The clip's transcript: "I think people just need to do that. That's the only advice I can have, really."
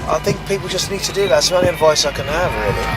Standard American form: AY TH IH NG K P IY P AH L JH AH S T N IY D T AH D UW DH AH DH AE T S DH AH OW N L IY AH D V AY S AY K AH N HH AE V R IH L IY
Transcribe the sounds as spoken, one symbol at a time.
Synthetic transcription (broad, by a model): AY TH IH NG K P IY P AH L JH AH S N IY D T AH D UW DH AH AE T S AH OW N IY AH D V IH S AY K AH N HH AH V R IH L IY